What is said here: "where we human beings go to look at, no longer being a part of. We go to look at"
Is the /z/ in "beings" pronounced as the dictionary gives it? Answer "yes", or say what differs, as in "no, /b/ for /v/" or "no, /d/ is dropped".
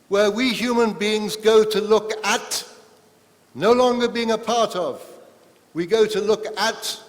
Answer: yes